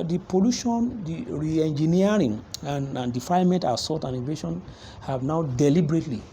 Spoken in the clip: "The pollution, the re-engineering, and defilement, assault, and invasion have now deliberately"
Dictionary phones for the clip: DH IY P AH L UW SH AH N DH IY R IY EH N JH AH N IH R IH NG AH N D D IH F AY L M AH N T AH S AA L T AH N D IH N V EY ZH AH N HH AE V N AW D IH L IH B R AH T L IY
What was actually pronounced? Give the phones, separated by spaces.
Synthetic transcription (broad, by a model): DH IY P AH L UW SH AH N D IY R IY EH N JH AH N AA R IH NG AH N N D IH F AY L M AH N T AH S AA T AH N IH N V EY SH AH N HH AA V N AW D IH L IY B R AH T L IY